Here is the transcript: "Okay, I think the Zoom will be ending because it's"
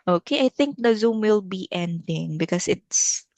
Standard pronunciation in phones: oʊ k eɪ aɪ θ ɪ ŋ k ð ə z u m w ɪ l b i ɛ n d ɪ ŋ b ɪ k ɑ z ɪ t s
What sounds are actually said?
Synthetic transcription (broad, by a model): oʊ k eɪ aɪ θ ɪ ŋ k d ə z u m w ɪ l b i ɛ n d ɪ ŋ b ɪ k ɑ s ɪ t s